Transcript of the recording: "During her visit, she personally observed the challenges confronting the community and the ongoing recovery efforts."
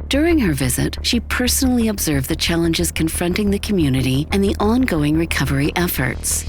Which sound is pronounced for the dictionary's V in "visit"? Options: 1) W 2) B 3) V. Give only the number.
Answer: 3